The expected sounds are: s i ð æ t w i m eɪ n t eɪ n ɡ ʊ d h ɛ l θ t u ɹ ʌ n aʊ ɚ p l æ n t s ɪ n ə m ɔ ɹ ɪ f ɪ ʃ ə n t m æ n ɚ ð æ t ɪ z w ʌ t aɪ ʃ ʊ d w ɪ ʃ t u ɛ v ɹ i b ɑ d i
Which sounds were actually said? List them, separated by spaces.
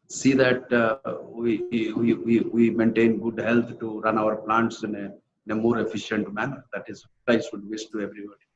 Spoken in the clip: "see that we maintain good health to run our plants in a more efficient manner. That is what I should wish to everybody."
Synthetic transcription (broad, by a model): s i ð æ t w i m eɪ n t eɪ n ɡ ʊ d h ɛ l t t u ɹ ʌ n aʊ ɚ p l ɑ n t s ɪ n ə m ɔ ɹ ɪ f ɪ ʃ ə n t m æ n ɚ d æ t ɪ z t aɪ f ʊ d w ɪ s t u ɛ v ɹ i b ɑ d i